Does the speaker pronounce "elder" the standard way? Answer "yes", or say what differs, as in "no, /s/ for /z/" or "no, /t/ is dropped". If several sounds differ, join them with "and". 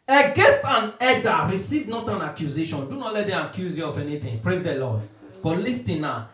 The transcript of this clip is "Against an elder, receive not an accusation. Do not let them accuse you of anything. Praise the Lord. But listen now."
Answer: no, /l/ is dropped